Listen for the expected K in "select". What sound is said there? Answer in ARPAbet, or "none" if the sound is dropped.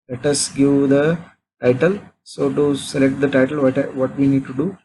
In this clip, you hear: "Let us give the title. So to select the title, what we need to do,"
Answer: K